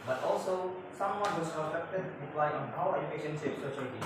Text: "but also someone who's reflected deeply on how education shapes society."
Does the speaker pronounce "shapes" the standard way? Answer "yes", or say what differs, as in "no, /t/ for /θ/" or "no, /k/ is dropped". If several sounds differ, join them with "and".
no, /s/ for /ʃ/